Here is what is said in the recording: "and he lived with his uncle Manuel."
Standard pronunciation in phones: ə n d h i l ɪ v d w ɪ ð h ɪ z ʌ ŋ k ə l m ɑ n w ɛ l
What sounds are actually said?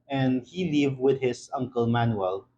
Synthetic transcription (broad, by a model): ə n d h i l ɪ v w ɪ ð h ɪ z ʌ ŋ k ə l m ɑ n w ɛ l